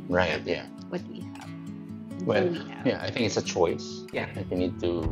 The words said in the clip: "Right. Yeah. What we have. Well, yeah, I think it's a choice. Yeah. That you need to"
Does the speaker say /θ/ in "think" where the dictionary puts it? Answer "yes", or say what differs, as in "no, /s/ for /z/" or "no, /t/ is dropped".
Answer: yes